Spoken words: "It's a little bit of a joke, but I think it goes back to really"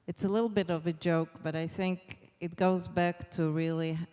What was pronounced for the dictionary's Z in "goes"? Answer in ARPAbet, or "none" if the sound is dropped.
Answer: Z